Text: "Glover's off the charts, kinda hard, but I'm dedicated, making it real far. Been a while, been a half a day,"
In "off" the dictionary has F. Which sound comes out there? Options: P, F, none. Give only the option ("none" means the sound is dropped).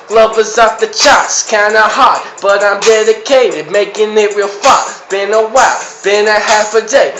P